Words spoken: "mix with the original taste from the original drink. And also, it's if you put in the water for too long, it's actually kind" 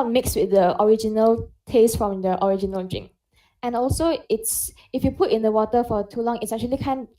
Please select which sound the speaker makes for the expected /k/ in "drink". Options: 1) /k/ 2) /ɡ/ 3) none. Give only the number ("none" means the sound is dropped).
3